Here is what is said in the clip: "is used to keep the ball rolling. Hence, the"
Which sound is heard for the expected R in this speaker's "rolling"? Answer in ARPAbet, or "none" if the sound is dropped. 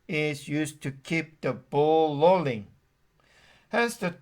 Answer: L